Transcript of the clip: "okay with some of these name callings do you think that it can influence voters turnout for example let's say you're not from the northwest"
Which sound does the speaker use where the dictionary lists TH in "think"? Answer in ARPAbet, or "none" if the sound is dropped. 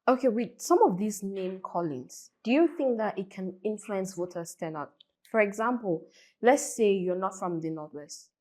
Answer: TH